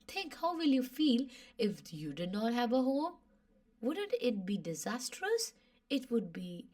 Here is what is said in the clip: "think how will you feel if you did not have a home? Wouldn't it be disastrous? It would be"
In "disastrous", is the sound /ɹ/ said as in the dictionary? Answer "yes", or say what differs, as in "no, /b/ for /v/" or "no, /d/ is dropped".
yes